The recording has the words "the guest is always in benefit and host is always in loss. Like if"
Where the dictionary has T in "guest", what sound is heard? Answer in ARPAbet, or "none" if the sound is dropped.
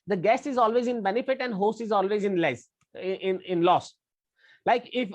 none